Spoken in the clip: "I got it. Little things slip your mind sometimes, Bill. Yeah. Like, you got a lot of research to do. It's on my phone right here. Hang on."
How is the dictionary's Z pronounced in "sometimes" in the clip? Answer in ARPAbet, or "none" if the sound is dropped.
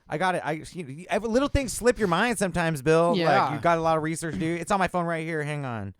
Z